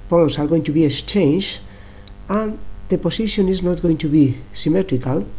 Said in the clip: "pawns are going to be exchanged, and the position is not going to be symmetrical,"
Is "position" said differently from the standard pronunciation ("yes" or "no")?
yes